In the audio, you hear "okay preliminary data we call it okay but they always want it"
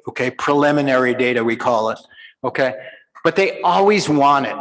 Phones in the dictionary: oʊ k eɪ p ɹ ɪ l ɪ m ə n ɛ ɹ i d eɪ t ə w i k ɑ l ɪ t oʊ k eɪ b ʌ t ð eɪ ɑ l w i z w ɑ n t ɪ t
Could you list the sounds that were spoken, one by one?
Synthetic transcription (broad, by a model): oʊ k eɪ p ɹ ɪ l ɪ m ə n ɛ ɹ i d eɪ t ə w i k ɑ l ɪ t oʊ k eɪ b ʌ t ð eɪ ɑ l w i z w ɑ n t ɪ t